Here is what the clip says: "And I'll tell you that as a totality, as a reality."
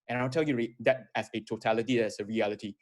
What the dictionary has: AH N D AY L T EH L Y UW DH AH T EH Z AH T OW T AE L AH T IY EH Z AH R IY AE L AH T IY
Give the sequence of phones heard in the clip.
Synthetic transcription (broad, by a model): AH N AY W T EH L Y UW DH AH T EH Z AH T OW T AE L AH T IY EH S AH R IY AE L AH T IY